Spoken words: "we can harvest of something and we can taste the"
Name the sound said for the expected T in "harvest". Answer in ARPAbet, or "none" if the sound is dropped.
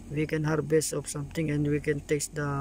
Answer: none